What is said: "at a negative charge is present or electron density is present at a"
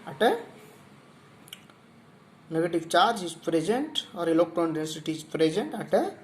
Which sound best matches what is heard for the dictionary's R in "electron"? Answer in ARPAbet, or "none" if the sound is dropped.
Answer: none